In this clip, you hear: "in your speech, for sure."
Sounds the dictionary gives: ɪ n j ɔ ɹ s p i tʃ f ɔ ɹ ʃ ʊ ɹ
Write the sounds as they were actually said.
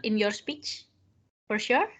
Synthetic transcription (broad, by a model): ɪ n j ɔ ɹ s p i tʃ f ɔ ɹ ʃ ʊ ɹ